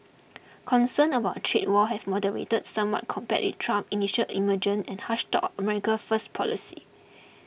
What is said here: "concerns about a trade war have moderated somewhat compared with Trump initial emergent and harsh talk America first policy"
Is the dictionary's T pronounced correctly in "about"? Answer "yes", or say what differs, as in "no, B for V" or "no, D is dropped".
no, T is dropped